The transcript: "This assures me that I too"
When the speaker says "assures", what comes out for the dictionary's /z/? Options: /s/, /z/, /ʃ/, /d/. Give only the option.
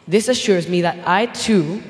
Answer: /z/